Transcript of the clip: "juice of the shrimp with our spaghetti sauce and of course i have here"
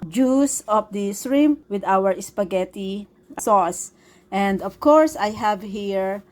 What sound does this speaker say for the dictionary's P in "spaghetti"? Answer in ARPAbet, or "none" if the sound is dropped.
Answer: P